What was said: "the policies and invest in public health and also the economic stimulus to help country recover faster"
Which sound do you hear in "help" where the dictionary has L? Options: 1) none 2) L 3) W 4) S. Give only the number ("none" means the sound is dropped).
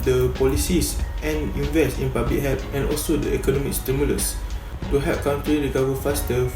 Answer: 1